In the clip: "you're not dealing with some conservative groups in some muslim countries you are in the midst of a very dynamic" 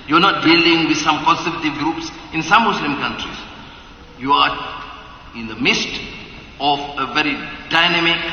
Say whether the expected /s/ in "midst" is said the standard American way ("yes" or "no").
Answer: yes